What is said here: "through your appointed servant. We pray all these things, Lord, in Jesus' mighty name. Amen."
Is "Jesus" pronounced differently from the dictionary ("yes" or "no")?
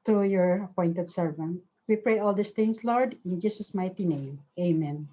yes